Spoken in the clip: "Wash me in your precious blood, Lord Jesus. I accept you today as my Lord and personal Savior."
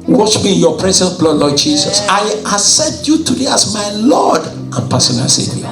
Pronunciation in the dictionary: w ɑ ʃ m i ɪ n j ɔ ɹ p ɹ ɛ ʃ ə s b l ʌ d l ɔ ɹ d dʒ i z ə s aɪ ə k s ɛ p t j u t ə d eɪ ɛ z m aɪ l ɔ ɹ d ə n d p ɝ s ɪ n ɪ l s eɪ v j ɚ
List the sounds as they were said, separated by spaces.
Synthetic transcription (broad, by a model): w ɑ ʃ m i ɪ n j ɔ p ɹ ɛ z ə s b l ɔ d l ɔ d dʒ i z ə s aɪ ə s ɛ t j u t ə d eɪ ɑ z m aɪ l ɔ d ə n p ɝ s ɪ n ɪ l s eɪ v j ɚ